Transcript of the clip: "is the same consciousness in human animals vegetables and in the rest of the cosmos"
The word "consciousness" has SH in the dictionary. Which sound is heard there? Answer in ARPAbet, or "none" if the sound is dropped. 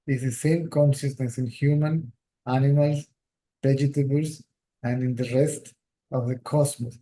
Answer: S